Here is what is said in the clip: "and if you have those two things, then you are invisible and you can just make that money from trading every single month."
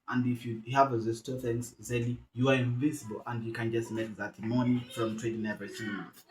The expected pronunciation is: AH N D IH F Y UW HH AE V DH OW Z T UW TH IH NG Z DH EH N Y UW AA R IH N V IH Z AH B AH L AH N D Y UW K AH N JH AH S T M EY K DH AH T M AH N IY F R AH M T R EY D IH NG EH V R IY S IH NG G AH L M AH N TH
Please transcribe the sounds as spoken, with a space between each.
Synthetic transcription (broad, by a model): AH N D IH F Y UW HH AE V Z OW S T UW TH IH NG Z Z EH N Y UW AA R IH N V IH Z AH B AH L AH N D Y UW K AH N JH AH S T M EY K DH AH T M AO N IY F R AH M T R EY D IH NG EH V IY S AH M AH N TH